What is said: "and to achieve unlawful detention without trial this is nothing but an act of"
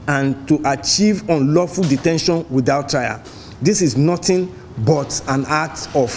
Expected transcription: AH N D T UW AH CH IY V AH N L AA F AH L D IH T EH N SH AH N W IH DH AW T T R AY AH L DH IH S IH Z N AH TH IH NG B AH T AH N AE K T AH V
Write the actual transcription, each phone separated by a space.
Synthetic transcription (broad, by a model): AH N T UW AH CH IY V AH N L AA F AH L D IH T EH N SH AH N W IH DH AW T T R AY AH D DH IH S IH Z N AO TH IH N B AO T AH N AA T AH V